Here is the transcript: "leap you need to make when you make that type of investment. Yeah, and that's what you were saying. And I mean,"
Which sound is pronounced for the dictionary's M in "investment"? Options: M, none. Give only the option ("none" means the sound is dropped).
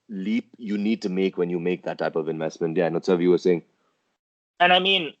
M